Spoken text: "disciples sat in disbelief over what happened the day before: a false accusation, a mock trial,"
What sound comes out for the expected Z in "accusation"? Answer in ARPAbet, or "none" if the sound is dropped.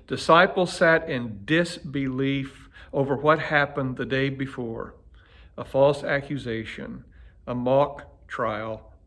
Z